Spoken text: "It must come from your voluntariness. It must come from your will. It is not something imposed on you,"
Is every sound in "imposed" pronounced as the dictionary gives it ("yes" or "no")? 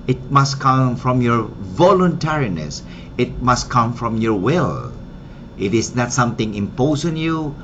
no